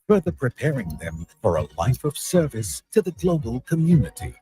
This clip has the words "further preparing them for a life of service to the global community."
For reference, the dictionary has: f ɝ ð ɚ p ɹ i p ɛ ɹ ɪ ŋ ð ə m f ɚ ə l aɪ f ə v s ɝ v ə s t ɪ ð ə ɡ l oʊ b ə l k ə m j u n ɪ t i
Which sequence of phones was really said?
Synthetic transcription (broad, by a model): f ɝ ð ɚ p ɹ i p ɛ ɹ ɪ ŋ ð ə m f ɚ ə l aɪ f ə v s ɝ v ə s t ɪ ð ə ɡ l oʊ b ə l k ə m j u n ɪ t i